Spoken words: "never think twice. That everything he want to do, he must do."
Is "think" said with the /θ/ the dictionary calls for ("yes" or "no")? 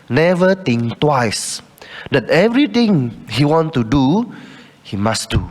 no